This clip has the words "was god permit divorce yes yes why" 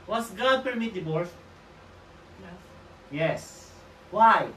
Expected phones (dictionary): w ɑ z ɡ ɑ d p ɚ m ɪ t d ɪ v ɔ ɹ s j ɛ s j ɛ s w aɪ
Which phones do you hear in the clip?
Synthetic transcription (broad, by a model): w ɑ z ɡ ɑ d p ɚ m ɪ t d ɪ b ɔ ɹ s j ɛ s j ɛ s w aɪ